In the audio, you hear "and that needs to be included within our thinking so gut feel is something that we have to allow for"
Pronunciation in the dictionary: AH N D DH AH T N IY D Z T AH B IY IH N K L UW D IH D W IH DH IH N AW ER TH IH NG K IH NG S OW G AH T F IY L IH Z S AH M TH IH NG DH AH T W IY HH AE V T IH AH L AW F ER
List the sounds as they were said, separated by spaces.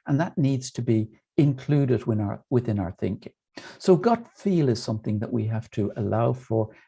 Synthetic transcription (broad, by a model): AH N DH AH T N IY D Z T AH B IY IH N K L UW D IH D W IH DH IH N AW ER TH IH NG K IH NG S OW G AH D F IY L IH Z S AH M TH IH NG DH AH T W IY HH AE F T IH AH L AW F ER